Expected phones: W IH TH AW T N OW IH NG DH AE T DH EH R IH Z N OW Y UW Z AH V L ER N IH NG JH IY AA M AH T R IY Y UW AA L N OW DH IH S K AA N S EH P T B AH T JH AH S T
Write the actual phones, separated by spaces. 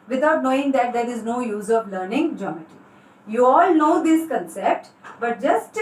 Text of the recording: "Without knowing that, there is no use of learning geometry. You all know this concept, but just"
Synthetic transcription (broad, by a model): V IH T AW T N OW IH NG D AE T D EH R IH Z N OW Y UW Z AH V L ER N IH NG JH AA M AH T IY Y UW AA L N OW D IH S K AA N S EH P T B AH T JH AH S T